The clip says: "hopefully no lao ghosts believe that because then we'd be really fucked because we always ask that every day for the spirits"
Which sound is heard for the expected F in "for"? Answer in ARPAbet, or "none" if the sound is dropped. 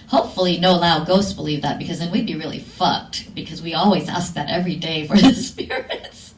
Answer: F